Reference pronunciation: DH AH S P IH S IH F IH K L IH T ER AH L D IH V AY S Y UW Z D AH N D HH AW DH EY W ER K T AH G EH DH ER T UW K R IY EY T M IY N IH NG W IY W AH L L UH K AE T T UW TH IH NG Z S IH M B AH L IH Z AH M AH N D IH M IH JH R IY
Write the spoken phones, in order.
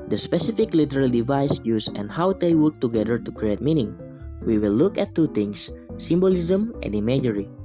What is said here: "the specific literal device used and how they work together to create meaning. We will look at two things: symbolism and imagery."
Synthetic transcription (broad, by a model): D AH S P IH S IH F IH K L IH T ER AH L D IH V AY S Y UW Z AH N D HH AW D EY W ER K T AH G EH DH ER T UW K R IY EY T M IY N IH NG W IY W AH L L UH K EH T T UW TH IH NG S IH M B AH L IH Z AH M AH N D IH M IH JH R IY